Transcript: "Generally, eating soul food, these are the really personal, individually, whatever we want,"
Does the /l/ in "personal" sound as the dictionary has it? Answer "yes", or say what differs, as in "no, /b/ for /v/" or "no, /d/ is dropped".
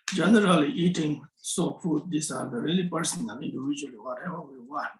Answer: no, /n/ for /l/